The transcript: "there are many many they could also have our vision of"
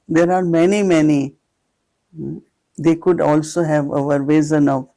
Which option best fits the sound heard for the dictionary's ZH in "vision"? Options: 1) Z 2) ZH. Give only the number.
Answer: 1